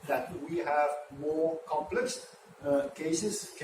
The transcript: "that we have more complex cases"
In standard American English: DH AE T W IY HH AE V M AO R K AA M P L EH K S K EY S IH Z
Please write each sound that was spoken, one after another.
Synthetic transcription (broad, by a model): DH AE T W IY HH AE V M AO R K AA M P L EH K S K EY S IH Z